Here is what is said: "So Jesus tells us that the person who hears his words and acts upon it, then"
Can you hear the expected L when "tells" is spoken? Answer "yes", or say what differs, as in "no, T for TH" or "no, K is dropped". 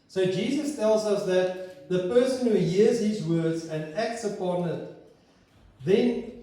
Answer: yes